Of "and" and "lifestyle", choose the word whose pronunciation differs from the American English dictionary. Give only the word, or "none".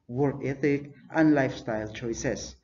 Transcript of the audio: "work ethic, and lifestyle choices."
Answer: none